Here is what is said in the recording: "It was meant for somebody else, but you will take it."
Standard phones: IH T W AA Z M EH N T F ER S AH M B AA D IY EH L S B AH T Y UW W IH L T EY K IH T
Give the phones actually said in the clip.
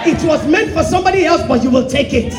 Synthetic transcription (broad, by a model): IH T W AA Z M EH N T F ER S AH M B AA D IY EH L S B AH T Y UW W IH L T EY K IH T